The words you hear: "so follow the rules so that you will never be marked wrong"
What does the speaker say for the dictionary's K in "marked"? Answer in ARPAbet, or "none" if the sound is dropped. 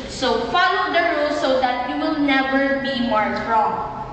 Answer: none